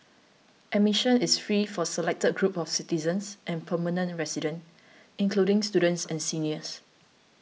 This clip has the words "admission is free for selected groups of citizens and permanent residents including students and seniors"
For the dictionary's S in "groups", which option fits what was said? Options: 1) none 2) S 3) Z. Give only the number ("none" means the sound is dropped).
1